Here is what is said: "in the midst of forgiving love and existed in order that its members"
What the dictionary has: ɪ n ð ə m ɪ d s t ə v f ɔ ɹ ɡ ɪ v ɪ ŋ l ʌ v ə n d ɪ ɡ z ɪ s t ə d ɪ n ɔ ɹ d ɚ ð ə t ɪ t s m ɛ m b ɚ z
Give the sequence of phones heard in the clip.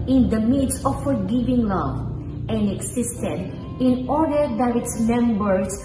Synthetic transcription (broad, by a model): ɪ n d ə m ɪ d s ə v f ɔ ɹ ɡ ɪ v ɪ ŋ l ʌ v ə n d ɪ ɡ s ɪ s t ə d ɪ n ɔ ɹ d ɚ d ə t ɪ t s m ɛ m b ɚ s